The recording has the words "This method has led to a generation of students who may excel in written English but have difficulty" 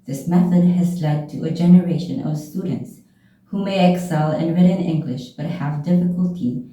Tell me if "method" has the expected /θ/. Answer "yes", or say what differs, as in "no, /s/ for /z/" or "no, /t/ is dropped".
yes